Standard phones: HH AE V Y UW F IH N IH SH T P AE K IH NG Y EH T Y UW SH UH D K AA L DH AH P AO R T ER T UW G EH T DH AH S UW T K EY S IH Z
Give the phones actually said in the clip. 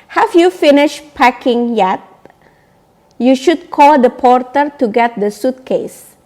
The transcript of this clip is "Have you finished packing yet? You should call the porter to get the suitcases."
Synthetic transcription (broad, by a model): HH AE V Y UW F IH N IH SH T P AE K IH NG Y EH T Y UW SH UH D K AA L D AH P AO R T ER T UW G EH T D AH S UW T K EY S